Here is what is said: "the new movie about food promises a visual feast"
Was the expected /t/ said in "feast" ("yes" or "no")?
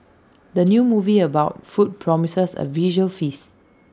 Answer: no